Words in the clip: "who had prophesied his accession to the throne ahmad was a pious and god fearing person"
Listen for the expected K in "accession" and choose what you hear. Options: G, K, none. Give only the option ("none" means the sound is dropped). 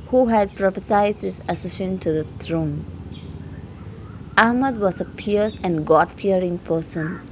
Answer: none